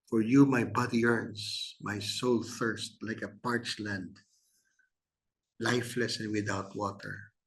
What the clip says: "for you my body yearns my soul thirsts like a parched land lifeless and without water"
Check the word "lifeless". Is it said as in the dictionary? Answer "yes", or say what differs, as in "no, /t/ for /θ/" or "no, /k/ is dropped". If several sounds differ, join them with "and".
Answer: yes